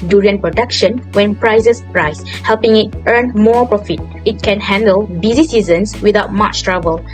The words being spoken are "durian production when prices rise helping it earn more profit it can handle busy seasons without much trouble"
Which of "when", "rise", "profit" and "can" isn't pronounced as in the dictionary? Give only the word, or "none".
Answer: rise